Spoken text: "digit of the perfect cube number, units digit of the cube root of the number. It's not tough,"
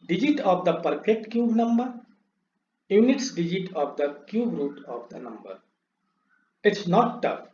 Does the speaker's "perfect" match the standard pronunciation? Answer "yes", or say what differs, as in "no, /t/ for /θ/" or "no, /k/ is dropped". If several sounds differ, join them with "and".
no, /p/ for /f/